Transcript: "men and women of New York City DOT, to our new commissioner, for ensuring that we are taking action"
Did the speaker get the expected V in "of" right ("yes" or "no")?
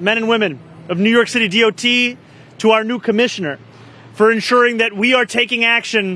yes